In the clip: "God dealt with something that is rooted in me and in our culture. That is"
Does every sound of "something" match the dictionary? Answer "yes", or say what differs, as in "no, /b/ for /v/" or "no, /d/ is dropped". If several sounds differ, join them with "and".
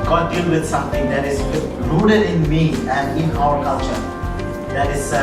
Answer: no, /t/ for /θ/